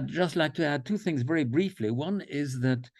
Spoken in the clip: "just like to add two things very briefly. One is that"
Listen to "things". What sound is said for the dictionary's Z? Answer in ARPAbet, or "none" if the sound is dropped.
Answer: Z